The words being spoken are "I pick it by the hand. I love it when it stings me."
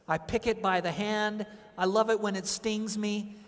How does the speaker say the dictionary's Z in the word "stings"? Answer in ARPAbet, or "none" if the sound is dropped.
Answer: Z